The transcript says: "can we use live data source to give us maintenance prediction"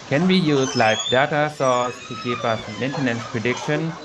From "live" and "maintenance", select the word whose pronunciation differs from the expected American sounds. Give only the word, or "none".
live